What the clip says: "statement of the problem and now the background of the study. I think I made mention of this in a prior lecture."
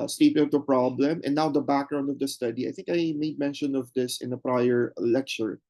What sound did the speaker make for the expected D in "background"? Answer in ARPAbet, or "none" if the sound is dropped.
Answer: D